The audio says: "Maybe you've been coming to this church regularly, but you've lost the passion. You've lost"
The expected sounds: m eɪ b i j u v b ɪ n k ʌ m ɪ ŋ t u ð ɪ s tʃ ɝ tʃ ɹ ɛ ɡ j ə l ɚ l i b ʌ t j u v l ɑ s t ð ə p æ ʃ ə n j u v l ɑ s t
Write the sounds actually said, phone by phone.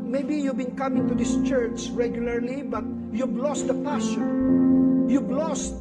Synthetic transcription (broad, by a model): m eɪ b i j u v b ɪ n k ʌ m ɪ ŋ t u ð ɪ s tʃ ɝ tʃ ɹ ɛ ɡ j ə l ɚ l i b ʌ t j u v l ɑ s t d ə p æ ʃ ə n j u b l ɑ s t